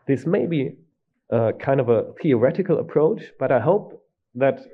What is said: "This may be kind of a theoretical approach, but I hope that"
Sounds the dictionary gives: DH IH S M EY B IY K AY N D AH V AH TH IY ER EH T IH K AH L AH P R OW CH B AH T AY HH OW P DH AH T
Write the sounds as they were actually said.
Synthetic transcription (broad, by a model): DH IH S M EY B IY K AY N D AH V AH TH IY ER EH T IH K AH L AH P R OW CH B AH T AY HH OW P DH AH T